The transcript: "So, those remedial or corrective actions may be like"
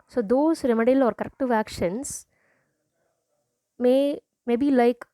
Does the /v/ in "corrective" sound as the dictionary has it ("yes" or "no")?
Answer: yes